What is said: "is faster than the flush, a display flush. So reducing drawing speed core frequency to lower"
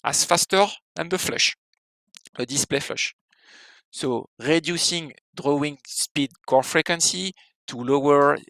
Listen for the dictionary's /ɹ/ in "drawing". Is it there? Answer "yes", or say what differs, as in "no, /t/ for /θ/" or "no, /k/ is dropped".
yes